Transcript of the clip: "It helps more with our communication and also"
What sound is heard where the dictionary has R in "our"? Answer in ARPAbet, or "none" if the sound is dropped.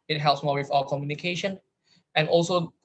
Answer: L